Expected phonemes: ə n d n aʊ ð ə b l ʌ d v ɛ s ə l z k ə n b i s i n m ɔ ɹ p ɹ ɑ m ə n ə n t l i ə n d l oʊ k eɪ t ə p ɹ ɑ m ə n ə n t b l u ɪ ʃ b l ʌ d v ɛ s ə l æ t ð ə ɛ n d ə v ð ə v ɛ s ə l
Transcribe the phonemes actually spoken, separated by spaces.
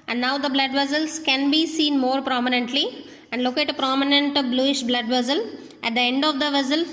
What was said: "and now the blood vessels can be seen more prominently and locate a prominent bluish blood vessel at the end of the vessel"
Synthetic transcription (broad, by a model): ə n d n aʊ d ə b l ʌ d v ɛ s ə l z k ə n b i s i n m ɔ ɹ p ɹ ɑ m ə n ə n t l i ə n d l oʊ k eɪ t ə p ɹ ɑ m ə n ə n t b l u ɪ ʃ b l ʌ d v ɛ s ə l æ t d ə ɛ n d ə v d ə v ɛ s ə l